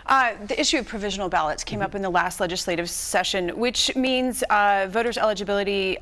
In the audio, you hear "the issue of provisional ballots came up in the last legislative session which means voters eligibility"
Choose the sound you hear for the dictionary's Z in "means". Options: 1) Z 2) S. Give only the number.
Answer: 1